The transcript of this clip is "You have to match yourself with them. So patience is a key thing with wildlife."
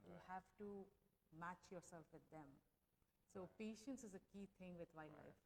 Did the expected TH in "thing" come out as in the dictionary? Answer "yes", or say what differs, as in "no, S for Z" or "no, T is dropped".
no, T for TH